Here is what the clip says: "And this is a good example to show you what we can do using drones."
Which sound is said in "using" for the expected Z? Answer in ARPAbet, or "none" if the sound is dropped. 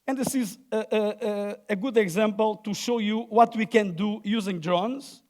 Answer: Z